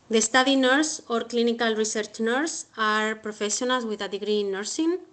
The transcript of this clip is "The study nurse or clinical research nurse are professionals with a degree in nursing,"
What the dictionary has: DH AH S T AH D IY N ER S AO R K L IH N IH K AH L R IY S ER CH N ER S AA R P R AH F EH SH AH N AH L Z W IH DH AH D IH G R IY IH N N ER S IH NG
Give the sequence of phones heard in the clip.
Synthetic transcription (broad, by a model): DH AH S T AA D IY N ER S AO R K L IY N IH K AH L R IY S ER CH N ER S AA R P R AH F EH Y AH N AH L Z W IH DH AH D IH G R IY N N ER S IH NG